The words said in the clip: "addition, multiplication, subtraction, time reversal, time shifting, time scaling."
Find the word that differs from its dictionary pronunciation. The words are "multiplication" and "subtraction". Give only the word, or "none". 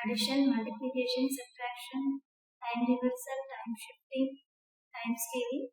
subtraction